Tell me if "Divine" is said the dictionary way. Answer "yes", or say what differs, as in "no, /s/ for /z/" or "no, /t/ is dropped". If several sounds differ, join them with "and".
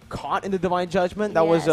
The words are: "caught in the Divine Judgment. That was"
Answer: yes